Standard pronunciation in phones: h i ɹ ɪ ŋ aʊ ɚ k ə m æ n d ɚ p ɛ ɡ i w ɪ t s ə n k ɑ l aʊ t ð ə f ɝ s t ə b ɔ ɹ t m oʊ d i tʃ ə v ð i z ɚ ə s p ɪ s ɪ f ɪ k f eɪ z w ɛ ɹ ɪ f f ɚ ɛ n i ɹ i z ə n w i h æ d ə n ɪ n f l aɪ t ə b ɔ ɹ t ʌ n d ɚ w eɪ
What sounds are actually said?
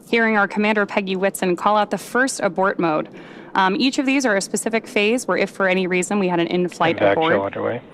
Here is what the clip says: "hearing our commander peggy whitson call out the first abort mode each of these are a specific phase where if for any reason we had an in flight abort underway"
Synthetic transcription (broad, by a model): h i ɹ ɪ ŋ aʊ ɚ k ə m æ n d ɚ p ɛ ɡ i w ɪ t s ə n k ɑ l aʊ t ð ə f ɝ s t ə b ɔ ɹ t m oʊ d i tʃ ə v ð i z ɚ ə s p ɪ s ɪ f ɪ k f eɪ z w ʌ ɹ ɪ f f ɚ ɛ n i ɹ i z ə n w i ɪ d ə n ɪ n f l aɪ t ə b ɔ ɹ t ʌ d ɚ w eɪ